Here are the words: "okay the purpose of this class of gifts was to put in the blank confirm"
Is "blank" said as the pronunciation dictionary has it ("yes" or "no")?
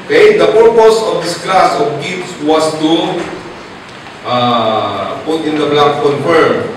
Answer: no